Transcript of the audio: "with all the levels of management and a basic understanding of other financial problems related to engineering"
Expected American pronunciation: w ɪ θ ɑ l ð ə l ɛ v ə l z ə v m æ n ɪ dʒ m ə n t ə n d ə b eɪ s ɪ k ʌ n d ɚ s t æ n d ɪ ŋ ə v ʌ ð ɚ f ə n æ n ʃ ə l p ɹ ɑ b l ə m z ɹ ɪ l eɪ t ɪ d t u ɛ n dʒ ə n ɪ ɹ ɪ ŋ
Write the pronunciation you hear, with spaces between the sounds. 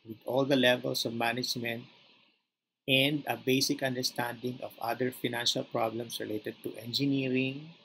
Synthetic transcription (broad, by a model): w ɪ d ɑ l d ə l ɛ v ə l s ə v m æ n ɪ dʒ m ə n t ə n d ə b eɪ s ɪ k ʌ n d ɚ s t æ n d ɪ ŋ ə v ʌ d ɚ f ə n æ n ʃ ə l p ɹ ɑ b l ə m s ɹ ɪ l eɪ t ɪ d t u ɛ n dʒ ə n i ɹ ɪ ŋ